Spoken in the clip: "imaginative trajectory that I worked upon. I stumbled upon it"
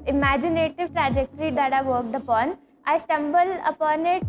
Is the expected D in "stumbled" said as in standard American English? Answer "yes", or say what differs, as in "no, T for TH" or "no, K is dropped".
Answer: no, D is dropped